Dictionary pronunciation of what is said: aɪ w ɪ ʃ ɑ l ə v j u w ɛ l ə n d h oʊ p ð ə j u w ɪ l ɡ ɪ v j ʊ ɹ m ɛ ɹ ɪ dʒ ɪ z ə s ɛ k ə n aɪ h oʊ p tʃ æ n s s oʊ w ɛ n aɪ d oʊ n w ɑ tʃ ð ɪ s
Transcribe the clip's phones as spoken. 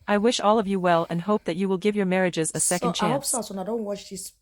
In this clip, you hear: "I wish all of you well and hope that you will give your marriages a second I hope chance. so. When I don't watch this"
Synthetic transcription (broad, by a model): aɪ w ɪ ʃ ɑ l ə v j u w ɛ l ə n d h oʊ p ð ə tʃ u w ɪ l ɡ ɪ v j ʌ ɹ m ɛ ɹ ɪ dʒ ɪ z ə s ɛ k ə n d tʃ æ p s s oʊ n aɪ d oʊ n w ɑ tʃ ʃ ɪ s